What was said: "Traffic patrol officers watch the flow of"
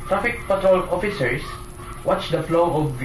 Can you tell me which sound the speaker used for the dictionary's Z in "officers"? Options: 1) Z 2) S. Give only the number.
2